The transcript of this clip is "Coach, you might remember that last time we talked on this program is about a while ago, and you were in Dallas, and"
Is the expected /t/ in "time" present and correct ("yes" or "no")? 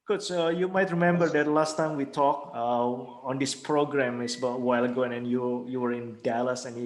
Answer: yes